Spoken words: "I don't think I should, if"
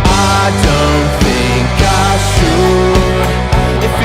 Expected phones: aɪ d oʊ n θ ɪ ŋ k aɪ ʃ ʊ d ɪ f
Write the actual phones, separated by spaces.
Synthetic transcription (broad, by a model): aɪ d oʊ n θ ɪ ŋ k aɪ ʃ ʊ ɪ